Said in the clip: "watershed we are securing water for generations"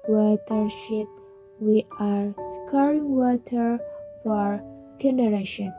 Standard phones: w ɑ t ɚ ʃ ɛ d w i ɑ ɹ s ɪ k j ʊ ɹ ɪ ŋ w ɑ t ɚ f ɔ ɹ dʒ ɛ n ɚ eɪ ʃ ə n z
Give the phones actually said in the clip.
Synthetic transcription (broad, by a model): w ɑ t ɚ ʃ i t w i ɑ ɹ s k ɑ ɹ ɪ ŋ w ɑ t ɚ f ɔ ɹ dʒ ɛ n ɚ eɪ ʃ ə n